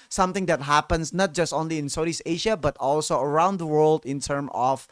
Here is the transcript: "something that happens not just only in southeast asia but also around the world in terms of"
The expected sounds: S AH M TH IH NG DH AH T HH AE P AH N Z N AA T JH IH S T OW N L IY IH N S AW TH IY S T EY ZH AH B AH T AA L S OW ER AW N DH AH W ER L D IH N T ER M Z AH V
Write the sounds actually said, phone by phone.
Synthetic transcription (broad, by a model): S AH M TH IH NG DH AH T HH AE P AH N S N AA T JH IH S T OW N L IY IH N S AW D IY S EY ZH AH B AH T AA L S OW ER AW N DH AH W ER L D IH N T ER M AH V